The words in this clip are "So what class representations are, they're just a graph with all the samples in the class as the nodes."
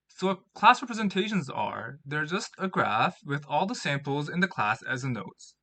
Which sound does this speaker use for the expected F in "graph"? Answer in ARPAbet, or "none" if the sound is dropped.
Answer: F